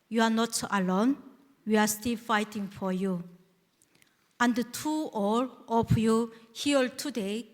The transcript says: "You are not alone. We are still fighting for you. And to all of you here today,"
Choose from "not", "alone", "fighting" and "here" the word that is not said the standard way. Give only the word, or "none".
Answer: here